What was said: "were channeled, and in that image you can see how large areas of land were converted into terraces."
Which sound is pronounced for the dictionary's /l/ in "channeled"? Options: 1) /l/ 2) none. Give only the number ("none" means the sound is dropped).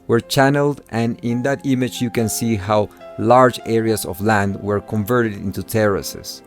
1